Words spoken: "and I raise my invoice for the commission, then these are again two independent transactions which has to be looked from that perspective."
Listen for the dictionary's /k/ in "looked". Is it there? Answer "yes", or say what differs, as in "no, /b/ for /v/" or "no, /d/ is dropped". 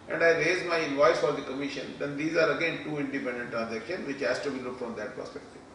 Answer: no, /k/ is dropped